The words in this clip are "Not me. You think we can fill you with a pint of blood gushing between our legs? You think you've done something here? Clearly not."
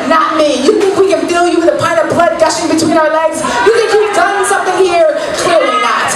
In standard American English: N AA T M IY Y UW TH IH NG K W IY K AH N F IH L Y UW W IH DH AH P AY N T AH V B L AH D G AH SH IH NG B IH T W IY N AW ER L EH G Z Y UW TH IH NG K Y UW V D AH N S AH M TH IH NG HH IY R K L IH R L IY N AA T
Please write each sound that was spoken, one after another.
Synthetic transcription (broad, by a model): N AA T M IY Y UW TH IH NG K W IY K AH N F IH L Y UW W IH DH AH P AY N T AH V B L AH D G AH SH IH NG B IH T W IY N AW ER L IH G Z Y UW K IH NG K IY P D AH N S AH M TH IH NG HH IY R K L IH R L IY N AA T